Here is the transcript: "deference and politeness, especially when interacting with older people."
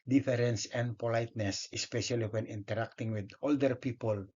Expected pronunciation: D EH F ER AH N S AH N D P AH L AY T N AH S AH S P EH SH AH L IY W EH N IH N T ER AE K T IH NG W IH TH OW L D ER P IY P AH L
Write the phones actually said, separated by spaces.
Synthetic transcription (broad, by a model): D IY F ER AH N S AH N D P AH L AY T N AH S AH S P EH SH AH L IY W EH N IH N T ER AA K T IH NG W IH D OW L D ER P IY P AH L